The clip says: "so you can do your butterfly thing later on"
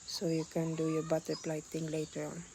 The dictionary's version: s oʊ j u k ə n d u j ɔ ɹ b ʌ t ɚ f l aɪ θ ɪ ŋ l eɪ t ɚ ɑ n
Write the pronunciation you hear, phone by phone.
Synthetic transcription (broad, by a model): s oʊ j u k ə n d u j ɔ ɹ b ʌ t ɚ p l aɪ t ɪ ŋ l eɪ t ɚ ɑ n